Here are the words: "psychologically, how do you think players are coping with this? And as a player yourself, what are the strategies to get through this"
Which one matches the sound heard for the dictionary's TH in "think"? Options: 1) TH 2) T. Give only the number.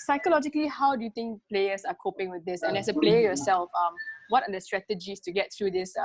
2